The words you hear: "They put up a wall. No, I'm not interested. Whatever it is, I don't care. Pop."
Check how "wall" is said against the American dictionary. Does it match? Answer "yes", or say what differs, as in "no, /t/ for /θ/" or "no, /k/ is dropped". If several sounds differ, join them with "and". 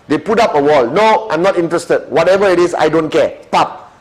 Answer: yes